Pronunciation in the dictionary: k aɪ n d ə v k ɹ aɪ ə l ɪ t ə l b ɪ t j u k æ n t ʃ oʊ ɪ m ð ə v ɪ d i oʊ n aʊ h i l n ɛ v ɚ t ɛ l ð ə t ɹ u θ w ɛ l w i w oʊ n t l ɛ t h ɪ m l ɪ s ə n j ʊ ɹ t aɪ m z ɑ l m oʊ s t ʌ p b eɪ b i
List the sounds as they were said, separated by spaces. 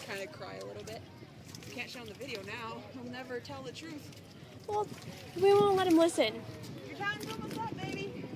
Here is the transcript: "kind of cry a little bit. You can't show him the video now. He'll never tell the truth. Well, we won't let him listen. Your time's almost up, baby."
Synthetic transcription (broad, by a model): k aɪ n d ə k ɹ aɪ ə l ɪ t l b ɪ t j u k æ n t ʃ oʊ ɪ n ð ə v ɪ d i oʊ n aʊ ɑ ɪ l n ɛ v ɚ t ɛ l ð ə t ɹ u θ w ɛ l w i w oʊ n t l ɛ t h ɪ m l ɪ s ə n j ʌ ɹ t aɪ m ɑ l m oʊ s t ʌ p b eɪ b i